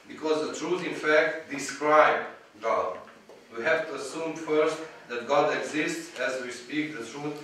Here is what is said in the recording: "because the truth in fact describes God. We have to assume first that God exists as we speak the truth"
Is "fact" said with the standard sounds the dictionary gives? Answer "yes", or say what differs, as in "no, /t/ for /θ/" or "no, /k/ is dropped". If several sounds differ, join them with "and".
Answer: yes